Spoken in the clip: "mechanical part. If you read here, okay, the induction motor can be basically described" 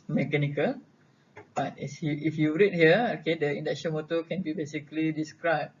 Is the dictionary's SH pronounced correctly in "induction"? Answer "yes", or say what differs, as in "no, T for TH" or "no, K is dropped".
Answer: no, S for SH